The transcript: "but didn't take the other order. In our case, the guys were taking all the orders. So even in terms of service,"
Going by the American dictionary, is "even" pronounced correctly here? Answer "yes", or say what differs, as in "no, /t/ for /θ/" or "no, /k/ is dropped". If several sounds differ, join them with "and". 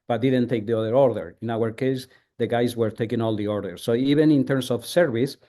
no, /b/ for /v/